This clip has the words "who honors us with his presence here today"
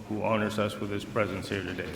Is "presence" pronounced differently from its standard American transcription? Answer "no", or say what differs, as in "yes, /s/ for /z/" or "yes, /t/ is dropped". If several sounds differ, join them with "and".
no